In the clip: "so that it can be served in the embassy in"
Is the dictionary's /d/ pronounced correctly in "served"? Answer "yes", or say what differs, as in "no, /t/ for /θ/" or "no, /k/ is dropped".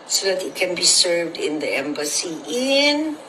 yes